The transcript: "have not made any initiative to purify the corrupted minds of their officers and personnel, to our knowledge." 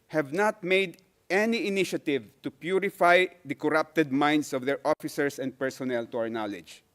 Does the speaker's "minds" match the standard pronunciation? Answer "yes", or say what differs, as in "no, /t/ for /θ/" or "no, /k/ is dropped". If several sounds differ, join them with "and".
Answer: no, /s/ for /z/